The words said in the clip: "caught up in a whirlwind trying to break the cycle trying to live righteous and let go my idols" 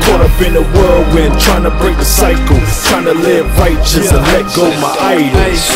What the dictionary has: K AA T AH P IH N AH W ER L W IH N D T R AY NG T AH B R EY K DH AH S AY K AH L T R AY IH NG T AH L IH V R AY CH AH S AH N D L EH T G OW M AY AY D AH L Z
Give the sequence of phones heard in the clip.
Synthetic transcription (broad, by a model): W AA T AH B IH N AH W ER L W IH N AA T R AY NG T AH B R EY K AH S AY K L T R AY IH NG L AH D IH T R AY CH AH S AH N L EH T G OW M AY AY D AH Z